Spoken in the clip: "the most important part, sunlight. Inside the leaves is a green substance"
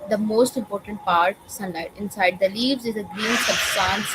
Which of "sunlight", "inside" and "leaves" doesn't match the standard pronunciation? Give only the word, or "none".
none